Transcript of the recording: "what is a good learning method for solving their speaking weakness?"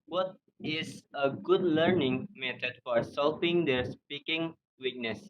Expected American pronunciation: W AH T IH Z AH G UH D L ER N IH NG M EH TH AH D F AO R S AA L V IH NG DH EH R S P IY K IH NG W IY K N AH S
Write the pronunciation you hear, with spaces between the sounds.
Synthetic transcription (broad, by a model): W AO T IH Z AH G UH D L ER N IH NG M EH T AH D F AO R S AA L P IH NG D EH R S P IY K IH NG W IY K N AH S